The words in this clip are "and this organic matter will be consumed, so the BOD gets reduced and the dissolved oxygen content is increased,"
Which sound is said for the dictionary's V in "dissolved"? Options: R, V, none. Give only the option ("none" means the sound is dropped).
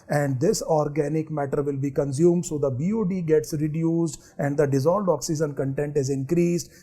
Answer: none